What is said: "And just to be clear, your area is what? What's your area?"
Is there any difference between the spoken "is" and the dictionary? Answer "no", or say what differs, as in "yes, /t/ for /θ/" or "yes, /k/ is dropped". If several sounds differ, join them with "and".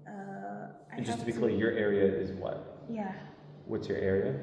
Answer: no